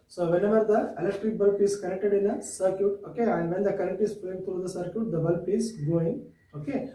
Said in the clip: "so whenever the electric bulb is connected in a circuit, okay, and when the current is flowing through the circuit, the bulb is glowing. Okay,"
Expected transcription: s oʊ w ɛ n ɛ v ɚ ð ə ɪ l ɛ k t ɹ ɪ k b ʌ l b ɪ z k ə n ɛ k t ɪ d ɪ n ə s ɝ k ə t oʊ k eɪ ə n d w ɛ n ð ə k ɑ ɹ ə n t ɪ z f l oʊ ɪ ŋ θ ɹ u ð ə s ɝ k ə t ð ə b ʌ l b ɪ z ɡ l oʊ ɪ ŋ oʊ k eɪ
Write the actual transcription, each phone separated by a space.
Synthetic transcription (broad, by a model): s oʊ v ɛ n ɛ v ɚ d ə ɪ l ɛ k t ɹ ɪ k b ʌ l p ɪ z k ə n ɛ k t ɪ d ɪ n ə s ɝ k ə t oʊ k eɪ ə n d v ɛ n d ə k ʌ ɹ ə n t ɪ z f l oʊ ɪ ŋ t ɹ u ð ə s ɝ k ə t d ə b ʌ l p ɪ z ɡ oʊ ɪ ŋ oʊ k eɪ